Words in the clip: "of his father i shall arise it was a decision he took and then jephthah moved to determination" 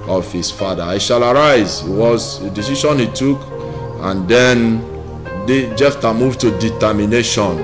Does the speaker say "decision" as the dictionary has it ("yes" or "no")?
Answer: no